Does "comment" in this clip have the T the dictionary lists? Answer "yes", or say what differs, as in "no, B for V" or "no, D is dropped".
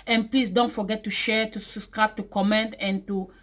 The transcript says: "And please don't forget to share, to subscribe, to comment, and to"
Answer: yes